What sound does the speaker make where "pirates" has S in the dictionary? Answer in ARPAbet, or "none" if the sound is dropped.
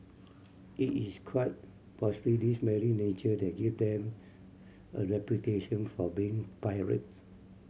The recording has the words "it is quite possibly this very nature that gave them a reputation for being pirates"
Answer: none